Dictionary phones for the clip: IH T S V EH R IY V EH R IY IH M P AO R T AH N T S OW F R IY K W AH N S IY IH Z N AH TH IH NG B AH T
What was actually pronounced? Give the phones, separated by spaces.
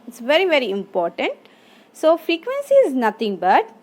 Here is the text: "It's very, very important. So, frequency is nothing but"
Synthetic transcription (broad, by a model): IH T S V EH R IY V EH R IY IH M P AO R T AH N T S OW F R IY K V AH N S IY IH Z N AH T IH NG B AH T